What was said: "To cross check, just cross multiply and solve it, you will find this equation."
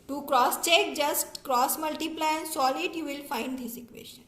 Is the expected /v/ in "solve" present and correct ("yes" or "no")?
no